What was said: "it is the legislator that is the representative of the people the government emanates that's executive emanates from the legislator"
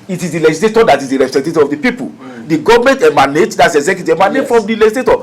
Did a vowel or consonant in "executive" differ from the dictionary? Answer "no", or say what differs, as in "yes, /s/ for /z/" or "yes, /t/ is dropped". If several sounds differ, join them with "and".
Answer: yes, /v/ is dropped